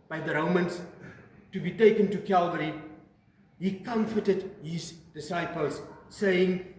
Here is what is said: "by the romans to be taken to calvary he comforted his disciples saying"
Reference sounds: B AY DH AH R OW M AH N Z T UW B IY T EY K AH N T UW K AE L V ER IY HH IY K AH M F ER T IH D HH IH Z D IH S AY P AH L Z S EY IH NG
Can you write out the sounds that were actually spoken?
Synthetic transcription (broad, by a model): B AY DH AH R OW M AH N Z T UW B IY T EY K AH N T UW K AE L V ER IY HH IY K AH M F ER T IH D HH IH Z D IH S AY P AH L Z S EY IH NG